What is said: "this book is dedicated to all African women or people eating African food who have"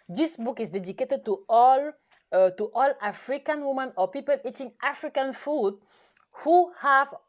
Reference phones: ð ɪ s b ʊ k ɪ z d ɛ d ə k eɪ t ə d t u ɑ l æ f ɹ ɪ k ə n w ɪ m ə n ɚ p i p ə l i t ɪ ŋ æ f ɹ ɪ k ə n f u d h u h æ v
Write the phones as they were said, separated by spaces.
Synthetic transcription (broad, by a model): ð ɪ s b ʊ k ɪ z d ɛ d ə k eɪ t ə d t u ɑ l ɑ f ɹ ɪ k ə n w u m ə n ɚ p i p ə l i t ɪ ŋ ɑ f ɹ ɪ k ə n f u d h u h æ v